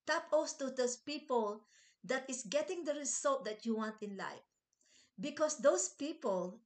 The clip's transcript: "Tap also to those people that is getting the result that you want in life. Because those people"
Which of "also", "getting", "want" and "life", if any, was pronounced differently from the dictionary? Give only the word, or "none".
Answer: also